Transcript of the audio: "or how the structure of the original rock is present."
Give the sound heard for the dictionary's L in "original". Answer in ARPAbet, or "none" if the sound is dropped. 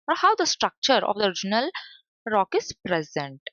L